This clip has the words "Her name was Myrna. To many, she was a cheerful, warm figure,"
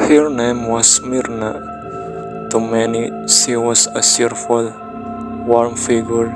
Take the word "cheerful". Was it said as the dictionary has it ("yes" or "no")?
no